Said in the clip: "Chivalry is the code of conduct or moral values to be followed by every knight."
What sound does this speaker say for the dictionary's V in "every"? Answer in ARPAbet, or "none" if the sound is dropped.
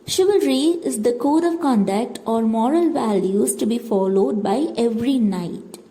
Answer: V